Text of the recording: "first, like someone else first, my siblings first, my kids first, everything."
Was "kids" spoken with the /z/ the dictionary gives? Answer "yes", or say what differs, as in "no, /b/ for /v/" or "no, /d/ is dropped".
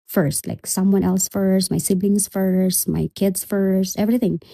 no, /s/ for /z/